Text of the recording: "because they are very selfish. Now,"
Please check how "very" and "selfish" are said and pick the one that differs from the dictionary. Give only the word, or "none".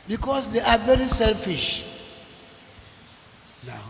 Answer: none